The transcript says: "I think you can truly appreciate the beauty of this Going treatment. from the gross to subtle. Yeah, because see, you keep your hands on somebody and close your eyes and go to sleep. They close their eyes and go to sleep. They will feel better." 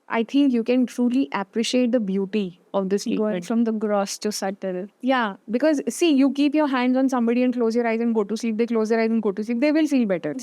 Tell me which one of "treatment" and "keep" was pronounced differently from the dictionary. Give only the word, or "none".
treatment